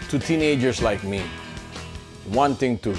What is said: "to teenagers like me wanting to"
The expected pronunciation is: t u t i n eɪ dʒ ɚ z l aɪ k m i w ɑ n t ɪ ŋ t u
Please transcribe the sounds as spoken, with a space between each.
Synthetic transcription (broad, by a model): t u t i n eɪ dʒ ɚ s l aɪ k m i w ɑ n t ɪ ŋ t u